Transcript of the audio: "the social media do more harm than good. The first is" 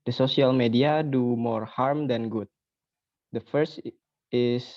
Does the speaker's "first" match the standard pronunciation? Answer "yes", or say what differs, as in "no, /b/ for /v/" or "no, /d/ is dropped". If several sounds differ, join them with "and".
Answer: yes